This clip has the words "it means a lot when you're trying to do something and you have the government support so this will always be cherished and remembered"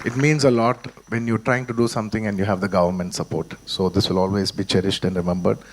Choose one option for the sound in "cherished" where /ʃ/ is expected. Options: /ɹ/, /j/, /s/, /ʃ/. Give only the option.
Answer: /ʃ/